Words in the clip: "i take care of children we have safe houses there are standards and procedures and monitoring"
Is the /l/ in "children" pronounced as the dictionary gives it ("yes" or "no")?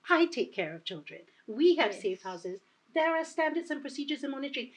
yes